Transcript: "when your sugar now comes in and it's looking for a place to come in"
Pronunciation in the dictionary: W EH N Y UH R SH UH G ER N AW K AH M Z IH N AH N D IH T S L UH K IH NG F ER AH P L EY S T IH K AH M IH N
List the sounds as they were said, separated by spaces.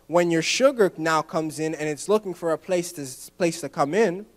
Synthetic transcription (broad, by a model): W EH N Y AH R SH UH G ER N AW K AH M Z IH N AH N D IH T S L UH K IH NG F ER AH P L EY S T IH K AH M IH N